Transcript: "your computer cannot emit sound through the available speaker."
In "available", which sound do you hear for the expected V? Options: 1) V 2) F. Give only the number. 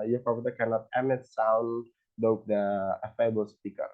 2